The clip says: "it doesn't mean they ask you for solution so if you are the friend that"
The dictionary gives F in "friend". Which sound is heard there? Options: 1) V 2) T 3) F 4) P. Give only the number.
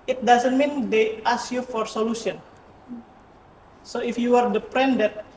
4